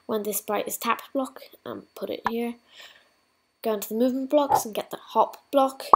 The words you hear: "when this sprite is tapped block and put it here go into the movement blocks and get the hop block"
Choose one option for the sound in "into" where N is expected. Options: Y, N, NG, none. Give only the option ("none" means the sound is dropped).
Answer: N